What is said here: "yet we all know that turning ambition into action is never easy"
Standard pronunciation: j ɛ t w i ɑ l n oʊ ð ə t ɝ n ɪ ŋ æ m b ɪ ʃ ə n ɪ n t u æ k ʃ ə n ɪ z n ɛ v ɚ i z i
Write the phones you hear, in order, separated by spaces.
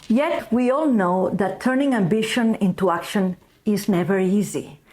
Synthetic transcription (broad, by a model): j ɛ t w i ɑ l n oʊ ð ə t ɝ n ɪ ŋ æ m b ɪ ʃ ə n ɪ n t u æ k ʃ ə n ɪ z n ɛ v ɚ i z i